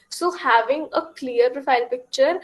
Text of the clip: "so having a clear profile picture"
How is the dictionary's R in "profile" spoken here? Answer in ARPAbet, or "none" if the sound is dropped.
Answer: R